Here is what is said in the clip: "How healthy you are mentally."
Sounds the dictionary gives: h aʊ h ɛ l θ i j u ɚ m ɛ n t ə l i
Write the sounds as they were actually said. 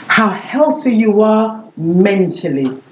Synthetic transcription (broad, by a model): h aʊ h ɛ l θ i j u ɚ m ɛ n t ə l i